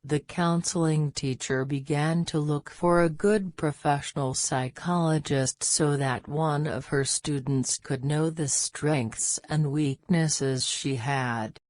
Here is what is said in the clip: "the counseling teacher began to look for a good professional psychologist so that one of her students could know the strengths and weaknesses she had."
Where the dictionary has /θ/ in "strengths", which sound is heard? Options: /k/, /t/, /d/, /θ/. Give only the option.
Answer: /θ/